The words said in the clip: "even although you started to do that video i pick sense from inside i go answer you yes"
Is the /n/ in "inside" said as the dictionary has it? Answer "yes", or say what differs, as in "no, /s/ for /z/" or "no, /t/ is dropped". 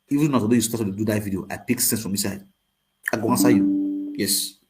no, /n/ is dropped